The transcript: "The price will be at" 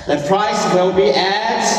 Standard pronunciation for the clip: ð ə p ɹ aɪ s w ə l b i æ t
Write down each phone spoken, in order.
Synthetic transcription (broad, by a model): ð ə p ɹ aɪ s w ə n b i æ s